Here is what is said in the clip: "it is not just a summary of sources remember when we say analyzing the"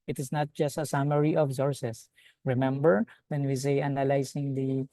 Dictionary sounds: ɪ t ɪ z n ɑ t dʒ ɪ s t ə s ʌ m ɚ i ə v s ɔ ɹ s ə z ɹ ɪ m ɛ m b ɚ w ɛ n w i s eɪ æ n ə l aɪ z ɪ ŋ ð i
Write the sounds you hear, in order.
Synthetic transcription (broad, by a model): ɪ t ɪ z n ɑ t dʒ ɪ s t ə s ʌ m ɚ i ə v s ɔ ɹ s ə s ɹ ɪ m ɛ m b ɚ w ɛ n w i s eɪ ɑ n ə l aɪ s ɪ ŋ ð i